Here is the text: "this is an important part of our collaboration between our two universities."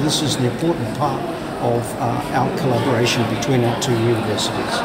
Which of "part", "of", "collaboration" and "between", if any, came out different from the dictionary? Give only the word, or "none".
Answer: none